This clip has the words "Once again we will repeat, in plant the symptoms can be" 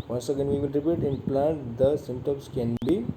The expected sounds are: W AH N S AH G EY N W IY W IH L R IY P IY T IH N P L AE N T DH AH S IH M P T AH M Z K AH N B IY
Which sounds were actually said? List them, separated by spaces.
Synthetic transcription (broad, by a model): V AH N S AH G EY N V IY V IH L R IY P IY T IH N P L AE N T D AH S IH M T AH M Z K AH N B IY